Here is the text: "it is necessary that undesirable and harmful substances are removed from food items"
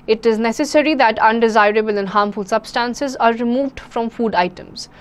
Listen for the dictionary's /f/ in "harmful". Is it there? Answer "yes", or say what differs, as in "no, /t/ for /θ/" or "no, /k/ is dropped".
yes